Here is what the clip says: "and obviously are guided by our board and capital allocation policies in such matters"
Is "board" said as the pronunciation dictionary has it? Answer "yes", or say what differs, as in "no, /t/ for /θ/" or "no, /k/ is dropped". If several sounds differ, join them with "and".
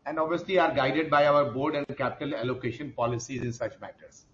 yes